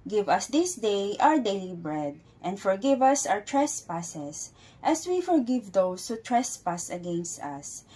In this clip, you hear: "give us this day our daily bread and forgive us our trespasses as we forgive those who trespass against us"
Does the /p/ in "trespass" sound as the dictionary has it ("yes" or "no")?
yes